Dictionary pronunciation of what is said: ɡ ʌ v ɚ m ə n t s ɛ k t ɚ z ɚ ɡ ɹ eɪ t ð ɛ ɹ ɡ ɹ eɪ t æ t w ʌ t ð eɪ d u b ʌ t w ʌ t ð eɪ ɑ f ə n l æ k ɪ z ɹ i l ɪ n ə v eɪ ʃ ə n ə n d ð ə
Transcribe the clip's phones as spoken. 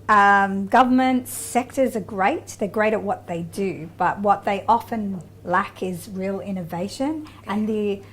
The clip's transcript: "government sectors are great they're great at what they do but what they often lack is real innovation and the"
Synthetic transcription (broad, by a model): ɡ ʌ v ɚ m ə n t s ɛ k t ɚ z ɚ ɡ ɹ eɪ t ð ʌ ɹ ɡ ɹ eɪ t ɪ t w ʌ t ð eɪ d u b ʌ t w ʌ t ð eɪ ɑ f ə n l æ k ɪ z ɹ i l ɪ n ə v eɪ ʃ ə n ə n ð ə